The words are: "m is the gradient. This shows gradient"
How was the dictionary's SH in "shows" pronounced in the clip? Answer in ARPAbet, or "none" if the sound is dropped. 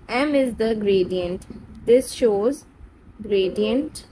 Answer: SH